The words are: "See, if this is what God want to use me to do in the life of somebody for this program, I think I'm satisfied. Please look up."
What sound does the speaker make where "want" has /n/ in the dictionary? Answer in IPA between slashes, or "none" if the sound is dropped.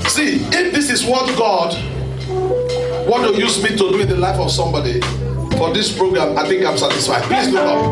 none